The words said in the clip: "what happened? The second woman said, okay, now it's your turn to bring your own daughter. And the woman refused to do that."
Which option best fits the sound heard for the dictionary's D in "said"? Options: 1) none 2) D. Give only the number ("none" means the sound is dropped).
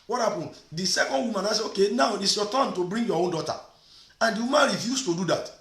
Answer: 1